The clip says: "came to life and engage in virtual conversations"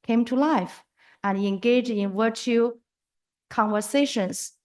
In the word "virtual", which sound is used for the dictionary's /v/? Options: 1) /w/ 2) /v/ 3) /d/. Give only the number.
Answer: 1